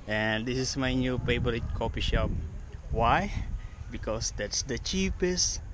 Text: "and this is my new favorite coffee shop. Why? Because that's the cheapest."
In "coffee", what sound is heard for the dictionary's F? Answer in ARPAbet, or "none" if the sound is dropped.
P